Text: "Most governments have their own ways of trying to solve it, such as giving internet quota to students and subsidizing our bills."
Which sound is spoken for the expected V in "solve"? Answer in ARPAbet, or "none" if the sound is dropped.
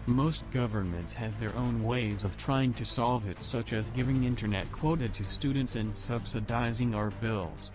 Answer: V